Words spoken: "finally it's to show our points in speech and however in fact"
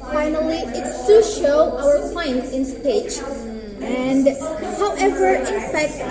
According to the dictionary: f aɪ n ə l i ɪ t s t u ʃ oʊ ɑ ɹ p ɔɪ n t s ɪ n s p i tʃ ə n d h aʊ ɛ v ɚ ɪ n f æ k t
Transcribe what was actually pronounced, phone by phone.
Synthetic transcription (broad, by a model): f aɪ n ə l i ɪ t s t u ʃ oʊ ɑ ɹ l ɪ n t ɪ n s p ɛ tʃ ə n d h aʊ ɛ v ɚ ɪ n f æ k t